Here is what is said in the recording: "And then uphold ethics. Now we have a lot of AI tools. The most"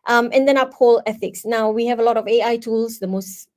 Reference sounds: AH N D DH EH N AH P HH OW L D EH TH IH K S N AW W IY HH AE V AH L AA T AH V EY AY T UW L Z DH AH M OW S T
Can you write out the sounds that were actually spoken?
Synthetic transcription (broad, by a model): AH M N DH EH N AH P HH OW L EH TH IH K S N AW W IY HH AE V AH L AA T AH V EY AY T UW L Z DH AH M OW S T